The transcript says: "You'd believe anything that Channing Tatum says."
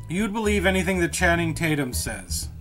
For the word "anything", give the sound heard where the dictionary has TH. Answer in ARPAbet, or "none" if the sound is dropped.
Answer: TH